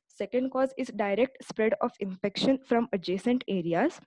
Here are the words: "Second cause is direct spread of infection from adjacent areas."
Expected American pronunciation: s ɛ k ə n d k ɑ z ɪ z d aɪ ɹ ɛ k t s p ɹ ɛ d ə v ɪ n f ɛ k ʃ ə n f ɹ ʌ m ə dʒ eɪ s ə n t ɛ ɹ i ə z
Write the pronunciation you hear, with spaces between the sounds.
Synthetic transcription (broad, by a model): s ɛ k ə n d k ɑ z ɪ z d aɪ ɹ ɛ k t s p ɹ ɛ d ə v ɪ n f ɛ k ʃ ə n f ɹ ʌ m ə dʒ eɪ s ə n t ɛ ɹ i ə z